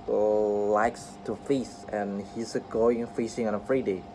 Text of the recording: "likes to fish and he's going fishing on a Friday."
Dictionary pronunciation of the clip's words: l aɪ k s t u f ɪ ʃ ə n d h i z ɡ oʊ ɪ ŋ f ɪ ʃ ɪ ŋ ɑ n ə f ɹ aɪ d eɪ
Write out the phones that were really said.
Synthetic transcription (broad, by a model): l aɪ k s t u f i s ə n h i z ɡ oʊ ɪ ŋ f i s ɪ ŋ ɑ n ə f ɹ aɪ d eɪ